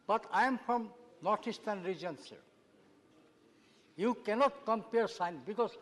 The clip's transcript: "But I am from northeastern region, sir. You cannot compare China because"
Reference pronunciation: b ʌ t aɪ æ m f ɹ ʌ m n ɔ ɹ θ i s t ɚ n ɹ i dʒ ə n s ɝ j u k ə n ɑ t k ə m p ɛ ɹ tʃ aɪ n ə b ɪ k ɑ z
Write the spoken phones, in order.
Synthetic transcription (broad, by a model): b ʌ t aɪ m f ɹ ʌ m n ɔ ɹ t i s t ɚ n ɹ i dʒ ə n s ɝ j u k ə n ɑ t k ə m p ɛ ɹ s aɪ n b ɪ k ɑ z